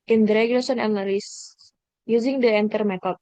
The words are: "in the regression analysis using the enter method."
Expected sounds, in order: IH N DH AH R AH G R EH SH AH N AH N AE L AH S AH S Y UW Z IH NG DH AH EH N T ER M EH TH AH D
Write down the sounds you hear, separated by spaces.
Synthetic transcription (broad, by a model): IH N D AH R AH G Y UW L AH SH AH N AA N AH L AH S Y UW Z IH NG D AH EH N T ER M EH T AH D